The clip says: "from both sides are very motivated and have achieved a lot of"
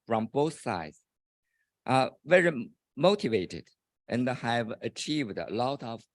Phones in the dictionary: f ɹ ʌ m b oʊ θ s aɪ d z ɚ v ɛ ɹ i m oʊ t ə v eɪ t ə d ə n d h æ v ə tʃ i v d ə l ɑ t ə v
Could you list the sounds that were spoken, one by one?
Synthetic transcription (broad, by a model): f ɹ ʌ m b oʊ θ s aɪ d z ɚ v ɛ ɹ i m oʊ t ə v eɪ t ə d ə n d h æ v ə tʃ i v d ə l ɑ t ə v